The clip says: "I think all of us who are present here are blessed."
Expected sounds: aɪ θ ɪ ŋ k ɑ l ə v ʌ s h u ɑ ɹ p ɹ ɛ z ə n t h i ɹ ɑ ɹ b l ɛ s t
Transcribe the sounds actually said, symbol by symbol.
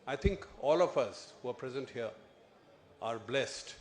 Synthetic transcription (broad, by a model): aɪ t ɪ ŋ k ɑ l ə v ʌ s h u ɑ ɹ p ɹ ɛ z ə n t h i ɹ ɑ ɹ b l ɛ s t